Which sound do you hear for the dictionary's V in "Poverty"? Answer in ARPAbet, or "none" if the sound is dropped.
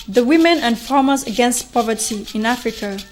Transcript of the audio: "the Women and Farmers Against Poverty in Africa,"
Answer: V